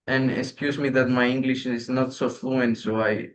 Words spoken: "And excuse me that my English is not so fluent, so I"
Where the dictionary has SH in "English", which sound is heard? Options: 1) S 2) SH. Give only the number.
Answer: 2